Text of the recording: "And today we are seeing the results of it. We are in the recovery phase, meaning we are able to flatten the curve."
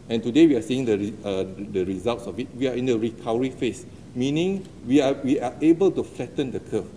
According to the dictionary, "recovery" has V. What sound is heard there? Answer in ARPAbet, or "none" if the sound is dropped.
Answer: W